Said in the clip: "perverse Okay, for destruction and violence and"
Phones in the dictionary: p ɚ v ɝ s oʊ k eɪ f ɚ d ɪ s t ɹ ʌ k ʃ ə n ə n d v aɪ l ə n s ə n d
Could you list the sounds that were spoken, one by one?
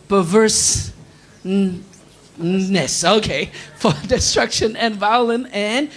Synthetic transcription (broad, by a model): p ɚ v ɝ s oʊ k eɪ f ɚ d ɪ s t ɹ ʌ k ʃ ə n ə n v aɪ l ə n ə n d